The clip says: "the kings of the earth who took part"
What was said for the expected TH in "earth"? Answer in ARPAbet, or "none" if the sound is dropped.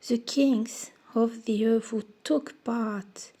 F